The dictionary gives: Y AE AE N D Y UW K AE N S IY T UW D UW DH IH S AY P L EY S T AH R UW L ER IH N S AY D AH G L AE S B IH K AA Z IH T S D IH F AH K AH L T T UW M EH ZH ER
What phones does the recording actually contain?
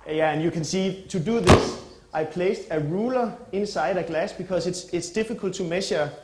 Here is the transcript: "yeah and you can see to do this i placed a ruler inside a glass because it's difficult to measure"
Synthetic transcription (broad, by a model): Y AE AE N Y UW K AE N S IY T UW D UW DH IH S AY P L EY S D AH R UW L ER IH N S AY D AH G L AE S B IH K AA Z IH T S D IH F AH K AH L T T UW M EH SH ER